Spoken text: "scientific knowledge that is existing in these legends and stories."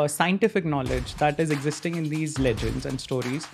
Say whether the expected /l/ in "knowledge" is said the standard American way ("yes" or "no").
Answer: yes